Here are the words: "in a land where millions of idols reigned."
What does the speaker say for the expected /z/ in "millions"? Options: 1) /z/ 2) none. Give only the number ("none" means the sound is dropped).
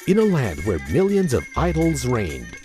1